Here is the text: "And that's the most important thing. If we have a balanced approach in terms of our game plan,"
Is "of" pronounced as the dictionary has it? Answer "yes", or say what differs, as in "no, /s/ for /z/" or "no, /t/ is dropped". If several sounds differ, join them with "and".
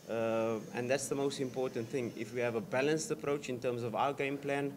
yes